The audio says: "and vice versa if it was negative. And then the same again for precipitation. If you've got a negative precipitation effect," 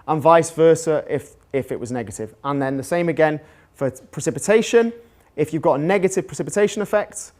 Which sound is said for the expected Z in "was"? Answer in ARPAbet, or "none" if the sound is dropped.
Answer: Z